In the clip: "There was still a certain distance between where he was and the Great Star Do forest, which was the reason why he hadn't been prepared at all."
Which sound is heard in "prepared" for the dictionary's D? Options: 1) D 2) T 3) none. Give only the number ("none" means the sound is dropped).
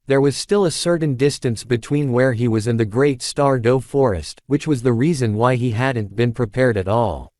1